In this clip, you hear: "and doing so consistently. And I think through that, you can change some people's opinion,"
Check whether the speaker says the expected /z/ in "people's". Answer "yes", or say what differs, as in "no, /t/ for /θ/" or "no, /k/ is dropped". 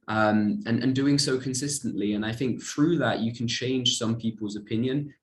yes